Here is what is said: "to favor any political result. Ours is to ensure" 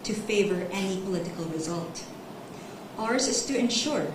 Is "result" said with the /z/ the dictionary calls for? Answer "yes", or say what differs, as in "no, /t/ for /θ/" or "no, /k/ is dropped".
yes